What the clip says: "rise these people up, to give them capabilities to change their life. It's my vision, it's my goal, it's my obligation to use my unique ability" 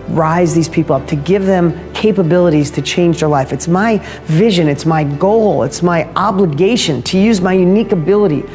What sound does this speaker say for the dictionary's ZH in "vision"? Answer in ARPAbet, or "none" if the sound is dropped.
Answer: ZH